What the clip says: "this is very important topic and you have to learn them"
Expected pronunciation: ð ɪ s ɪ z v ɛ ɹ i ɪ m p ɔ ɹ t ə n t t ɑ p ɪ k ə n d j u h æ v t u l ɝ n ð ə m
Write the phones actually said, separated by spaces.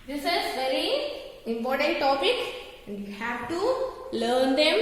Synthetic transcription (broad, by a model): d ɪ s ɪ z v ɛ ɹ i ɪ m p ɔ ɹ t ə n t t ɑ p ɪ k ə n d j u h æ v t u l ɝ n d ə m